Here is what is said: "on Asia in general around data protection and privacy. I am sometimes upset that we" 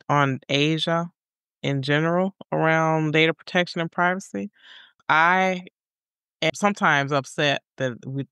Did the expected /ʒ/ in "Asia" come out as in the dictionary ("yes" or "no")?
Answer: yes